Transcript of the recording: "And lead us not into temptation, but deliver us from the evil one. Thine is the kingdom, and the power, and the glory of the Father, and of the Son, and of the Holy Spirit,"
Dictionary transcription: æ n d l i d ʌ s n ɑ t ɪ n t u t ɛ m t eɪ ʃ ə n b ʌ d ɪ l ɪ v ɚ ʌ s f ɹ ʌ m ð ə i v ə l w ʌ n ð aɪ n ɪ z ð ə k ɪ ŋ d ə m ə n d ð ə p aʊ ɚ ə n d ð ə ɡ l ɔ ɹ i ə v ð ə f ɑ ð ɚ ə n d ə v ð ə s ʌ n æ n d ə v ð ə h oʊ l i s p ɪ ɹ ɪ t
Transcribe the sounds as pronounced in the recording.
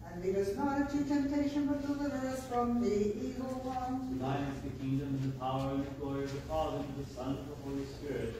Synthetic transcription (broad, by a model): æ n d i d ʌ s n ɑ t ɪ t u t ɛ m t eɪ ʃ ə n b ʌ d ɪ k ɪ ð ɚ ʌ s f ɹ ʌ m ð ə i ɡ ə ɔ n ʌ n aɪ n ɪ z ð ə k ɪ ŋ d ə m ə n ð ə p aʊ ɚ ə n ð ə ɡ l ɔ ɹ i ə v ð ə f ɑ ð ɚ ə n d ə ð ə s ʌ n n ə v ð ə h oʊ l i s p ɪ ɹ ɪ t